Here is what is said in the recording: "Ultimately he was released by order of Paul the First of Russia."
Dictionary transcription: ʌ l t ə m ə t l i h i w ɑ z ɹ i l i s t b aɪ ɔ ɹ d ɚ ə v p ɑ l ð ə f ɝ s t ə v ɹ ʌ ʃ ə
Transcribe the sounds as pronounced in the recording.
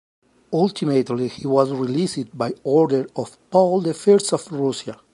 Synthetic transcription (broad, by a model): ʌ l t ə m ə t l i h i w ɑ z ɹ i l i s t b aɪ ɔ ɹ d ɚ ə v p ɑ l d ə f ɝ s t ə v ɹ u s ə